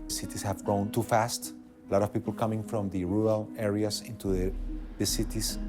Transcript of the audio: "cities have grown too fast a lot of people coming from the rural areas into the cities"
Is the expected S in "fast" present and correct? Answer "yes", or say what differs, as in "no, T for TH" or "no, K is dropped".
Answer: yes